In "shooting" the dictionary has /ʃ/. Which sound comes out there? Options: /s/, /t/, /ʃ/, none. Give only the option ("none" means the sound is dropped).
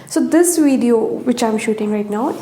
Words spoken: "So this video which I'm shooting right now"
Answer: /ʃ/